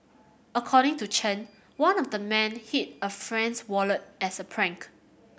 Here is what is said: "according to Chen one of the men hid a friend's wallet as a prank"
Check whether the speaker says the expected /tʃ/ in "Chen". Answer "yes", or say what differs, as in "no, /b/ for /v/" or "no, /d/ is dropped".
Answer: yes